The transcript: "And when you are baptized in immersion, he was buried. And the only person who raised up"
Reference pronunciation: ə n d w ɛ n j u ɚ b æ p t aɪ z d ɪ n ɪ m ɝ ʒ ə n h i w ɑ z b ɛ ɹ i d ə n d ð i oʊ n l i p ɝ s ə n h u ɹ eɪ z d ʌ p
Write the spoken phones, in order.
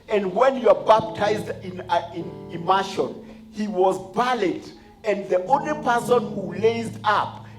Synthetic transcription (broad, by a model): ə n d w ɛ n j u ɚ b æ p t aɪ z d ɪ n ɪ m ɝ ʃ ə n h i w ɑ z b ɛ l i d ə n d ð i oʊ n l i p ɝ s ə n h u l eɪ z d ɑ p